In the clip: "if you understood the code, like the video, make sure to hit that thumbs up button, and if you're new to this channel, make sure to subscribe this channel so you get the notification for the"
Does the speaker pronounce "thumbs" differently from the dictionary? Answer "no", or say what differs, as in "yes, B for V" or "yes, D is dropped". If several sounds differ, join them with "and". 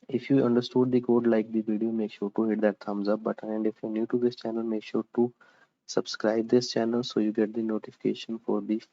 yes, T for TH